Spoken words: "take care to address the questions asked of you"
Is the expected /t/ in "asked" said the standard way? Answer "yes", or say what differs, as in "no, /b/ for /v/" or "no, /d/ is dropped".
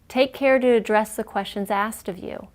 yes